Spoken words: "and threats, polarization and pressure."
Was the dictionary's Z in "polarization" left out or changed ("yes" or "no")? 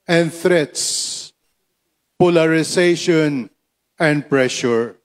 yes